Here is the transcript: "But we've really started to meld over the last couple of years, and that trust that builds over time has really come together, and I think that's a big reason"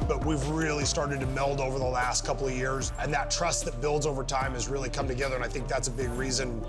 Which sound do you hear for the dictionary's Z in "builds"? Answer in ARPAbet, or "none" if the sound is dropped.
Z